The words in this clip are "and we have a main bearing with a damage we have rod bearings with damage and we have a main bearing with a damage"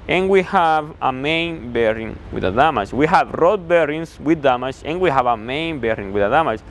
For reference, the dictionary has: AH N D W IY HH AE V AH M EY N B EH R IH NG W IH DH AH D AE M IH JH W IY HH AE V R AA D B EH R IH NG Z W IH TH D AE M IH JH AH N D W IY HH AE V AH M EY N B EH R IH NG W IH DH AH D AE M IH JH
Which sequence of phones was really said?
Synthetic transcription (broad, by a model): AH N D W IY HH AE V AH M EY N B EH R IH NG W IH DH AH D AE M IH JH W IY HH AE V R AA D B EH R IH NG S W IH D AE M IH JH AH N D W IY HH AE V AH M EY N B EH R IH NG W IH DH AH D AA M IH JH